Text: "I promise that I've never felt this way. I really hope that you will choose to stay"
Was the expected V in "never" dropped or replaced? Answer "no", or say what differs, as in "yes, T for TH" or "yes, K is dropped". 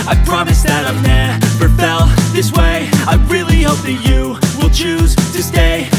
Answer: yes, P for V